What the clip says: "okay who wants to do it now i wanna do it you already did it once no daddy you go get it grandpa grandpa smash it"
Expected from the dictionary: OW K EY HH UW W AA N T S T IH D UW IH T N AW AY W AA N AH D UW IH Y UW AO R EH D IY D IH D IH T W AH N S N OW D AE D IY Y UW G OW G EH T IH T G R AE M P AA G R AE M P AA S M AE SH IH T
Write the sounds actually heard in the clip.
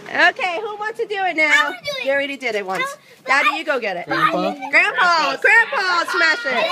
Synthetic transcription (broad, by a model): OW K EY HH UW W AA N T S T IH D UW IH T N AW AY AA AH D IH R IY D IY D IH D IH T W AH N S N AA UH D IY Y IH G OW G EH T IH T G R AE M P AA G R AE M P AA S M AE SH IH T